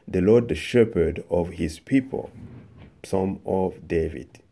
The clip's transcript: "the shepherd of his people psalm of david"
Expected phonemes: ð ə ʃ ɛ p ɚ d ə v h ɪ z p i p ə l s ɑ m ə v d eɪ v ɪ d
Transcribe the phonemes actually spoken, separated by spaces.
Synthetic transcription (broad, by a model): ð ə ʃ ɛ p ɚ d ə v h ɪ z p i p ə l s ɑ m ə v d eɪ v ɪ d